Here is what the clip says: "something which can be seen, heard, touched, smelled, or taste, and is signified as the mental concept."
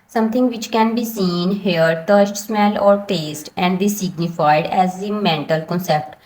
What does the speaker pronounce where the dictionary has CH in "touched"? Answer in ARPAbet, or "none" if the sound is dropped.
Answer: S